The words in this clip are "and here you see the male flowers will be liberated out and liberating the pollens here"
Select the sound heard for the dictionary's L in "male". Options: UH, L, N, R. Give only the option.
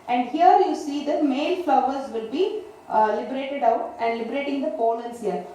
L